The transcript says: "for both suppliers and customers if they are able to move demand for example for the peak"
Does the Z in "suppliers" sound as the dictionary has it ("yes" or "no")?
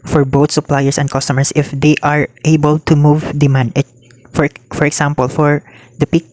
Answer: no